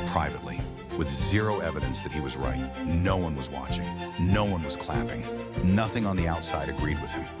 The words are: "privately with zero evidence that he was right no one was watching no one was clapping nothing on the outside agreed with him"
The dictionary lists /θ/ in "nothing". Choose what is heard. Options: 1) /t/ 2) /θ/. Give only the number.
2